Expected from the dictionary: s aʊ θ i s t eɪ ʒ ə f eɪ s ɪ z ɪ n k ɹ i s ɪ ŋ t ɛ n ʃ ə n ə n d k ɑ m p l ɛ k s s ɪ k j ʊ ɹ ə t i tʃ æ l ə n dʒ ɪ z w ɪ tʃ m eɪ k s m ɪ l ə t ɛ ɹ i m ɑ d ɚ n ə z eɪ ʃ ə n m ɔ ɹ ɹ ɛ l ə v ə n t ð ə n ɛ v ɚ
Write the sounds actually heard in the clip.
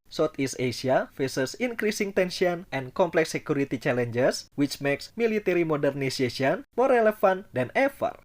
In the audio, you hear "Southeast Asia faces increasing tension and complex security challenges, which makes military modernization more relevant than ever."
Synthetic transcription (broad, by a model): s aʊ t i s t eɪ s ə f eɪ s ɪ s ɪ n k ɹ i s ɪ ŋ t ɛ n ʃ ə n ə n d k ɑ m p l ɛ k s s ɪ k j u ɹ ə t i tʃ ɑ l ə n dʒ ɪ s w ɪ tʃ m eɪ k s m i l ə t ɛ ɹ i m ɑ d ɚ n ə s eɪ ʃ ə n m ɔ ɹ ɹ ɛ l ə f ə n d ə n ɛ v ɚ